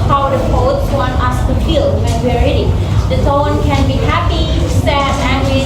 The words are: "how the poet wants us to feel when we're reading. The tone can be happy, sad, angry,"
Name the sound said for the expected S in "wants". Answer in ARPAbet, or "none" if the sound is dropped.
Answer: none